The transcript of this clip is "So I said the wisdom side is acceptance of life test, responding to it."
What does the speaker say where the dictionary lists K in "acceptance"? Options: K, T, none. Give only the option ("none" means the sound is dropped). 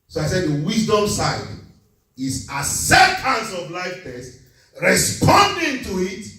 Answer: none